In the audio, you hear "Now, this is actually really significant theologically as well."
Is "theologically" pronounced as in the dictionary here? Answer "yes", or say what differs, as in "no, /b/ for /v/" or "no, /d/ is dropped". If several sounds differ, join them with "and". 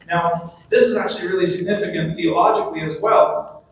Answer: yes